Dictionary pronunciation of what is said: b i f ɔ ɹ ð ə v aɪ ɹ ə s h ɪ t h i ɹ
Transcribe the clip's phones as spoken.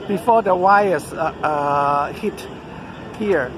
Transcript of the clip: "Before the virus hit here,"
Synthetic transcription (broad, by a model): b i f ɔ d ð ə w aɪ ə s h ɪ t h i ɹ